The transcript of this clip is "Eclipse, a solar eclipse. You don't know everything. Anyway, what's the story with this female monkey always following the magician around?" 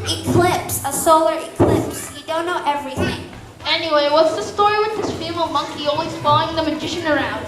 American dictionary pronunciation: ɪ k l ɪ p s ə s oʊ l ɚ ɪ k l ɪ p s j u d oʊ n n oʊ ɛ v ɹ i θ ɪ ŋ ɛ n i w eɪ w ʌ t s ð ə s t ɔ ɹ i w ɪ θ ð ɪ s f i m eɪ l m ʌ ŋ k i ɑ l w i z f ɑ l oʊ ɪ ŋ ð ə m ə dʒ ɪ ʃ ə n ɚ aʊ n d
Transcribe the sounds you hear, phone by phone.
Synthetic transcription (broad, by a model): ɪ k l ɪ p s ə s oʊ l ɚ ɪ k l ɪ p s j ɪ d oʊ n n oʊ ɛ v ɹ i θ ɪ ŋ ɛ n i w eɪ w ʌ t s ð ə s t ɔ ɹ i w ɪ ð ɪ s f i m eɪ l m ʌ ŋ k i ɑ l w i z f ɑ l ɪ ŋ ð ə m ə dʒ ɪ ʃ ə n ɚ aʊ n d